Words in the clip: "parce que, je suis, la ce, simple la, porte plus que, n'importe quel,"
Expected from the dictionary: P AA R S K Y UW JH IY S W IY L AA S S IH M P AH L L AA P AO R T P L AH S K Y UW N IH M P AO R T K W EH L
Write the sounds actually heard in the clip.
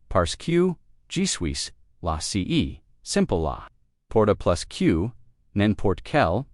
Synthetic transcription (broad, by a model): P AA R S K Y UW JH IY S W IY L AA S S IH M P AH L L AA P AO R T P L AH S K Y UW N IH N P AO R T K EH L